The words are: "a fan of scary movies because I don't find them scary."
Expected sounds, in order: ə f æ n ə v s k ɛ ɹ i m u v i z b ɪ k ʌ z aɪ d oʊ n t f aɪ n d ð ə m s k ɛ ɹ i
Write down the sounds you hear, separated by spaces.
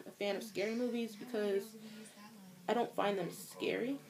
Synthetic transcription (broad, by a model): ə f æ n ə v s k ɛ ɹ i m u v i z b ɪ k ʌ z aɪ d oʊ n t f aɪ n ð ə m s k ɛ ɹ i